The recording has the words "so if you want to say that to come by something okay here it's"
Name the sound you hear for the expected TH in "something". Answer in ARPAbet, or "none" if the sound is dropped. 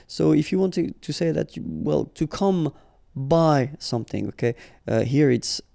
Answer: TH